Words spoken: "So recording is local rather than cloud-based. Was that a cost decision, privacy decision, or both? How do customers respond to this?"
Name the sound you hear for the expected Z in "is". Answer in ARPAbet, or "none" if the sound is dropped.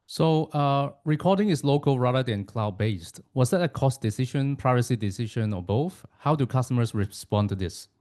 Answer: S